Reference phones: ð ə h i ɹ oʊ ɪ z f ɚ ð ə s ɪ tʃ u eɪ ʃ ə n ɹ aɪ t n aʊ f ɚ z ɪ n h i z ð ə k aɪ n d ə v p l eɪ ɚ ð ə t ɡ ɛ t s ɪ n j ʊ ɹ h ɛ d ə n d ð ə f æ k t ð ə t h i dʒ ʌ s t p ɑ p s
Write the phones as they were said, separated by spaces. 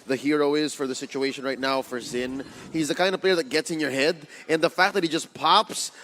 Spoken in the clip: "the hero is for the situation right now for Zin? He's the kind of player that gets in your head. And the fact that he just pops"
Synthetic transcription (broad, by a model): ð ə h i ɹ oʊ ɪ z f ɚ ð ə s ɪ tʃ u eɪ ʃ ə n ɹ aɪ t n aʊ f ɚ z ɪ n h i z ð ə k aɪ n d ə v p l eɪ ɚ ð ə t ɡ ɛ t s ɪ n j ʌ ɹ h ɛ d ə n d ð ə f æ k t ð ə t h i dʒ ʌ s p ɑ p s